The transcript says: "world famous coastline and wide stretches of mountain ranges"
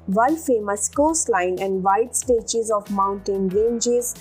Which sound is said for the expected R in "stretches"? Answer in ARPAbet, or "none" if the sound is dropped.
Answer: none